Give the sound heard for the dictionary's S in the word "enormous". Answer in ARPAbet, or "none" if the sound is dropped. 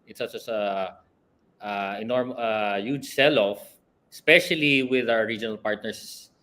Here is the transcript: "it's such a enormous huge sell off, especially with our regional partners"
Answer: none